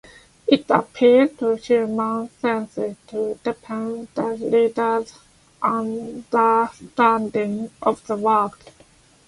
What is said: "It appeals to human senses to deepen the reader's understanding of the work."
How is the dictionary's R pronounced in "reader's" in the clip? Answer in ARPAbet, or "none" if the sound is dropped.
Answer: L